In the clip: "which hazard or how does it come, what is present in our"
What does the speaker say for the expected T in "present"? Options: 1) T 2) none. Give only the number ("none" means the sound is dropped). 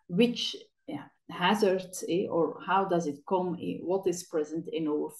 1